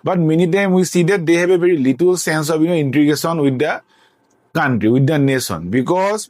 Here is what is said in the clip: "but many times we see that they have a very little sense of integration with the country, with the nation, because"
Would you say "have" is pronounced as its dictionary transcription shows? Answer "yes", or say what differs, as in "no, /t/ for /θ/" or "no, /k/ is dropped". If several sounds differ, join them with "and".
no, /b/ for /v/